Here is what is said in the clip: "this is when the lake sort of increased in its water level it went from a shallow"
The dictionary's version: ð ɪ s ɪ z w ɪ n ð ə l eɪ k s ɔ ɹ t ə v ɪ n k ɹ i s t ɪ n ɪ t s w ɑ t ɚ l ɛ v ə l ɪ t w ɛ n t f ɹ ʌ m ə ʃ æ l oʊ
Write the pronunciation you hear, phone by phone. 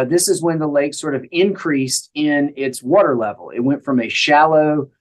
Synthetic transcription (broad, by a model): ð ɪ s ɪ z w ɪ n ð ə l eɪ k s ɔ ɹ t ə v ɪ n k ɹ i s t ɪ n ɪ t s w ɑ t ɚ l ɛ v l ɪ t w ɛ n t f ɹ ʌ m ə ʃ æ l oʊ